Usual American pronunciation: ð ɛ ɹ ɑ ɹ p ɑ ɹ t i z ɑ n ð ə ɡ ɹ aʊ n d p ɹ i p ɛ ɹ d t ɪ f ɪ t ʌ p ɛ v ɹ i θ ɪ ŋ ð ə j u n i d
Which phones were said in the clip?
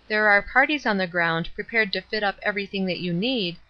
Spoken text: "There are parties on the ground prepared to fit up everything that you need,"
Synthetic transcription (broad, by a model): ð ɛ ɹ ɑ ɹ p ɑ ɹ t i z n ð ə ɡ ɹ aʊ n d p ɹ i p ɛ ɹ d t ɪ f ɪ t ʌ p ɛ v ɹ i θ ɪ ŋ ð ə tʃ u n i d